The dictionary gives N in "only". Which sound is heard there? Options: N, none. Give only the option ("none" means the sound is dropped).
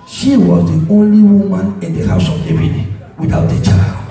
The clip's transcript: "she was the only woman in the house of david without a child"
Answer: N